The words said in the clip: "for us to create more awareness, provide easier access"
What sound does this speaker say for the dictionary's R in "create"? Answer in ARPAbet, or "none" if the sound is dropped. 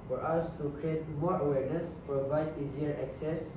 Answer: R